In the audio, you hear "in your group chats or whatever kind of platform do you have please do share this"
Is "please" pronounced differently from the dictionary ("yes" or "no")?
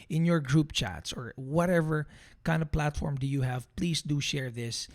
yes